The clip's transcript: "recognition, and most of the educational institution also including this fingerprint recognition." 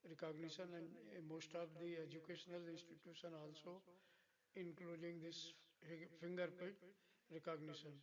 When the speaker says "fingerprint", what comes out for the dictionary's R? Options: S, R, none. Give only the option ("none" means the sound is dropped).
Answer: none